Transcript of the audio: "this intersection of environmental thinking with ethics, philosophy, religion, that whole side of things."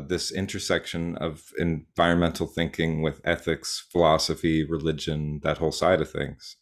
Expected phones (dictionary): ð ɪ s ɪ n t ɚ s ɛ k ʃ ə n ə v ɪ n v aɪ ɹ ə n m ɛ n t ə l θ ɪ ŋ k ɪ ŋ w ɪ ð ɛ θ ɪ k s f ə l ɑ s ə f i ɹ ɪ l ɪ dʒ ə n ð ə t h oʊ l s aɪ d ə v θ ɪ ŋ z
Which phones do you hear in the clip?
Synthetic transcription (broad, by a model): ð ɪ s ɪ n t ɚ s ɛ k ʃ ə n ə v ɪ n v aɪ ɹ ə n m ɛ n t l θ ɪ ŋ k ɪ ŋ w ɪ ð ɛ θ ɪ k s f ə l ɑ s ə f i ɹ ɪ l ɪ dʒ ə n ð ə t h oʊ l s aɪ d ə v θ ɪ ŋ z